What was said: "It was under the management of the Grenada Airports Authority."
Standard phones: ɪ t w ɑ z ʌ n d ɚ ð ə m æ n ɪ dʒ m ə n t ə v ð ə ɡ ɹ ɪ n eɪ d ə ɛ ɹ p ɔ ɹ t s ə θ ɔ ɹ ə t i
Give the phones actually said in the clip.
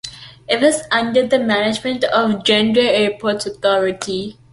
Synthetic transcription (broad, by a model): ɪ t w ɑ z ʌ n d ɚ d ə m æ n ɪ dʒ m ə n t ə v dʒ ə n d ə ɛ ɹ p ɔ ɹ t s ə t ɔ ɹ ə t i